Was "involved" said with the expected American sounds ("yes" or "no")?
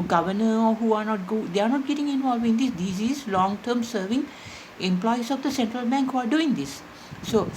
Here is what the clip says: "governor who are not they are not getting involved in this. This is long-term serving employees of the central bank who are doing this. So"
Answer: no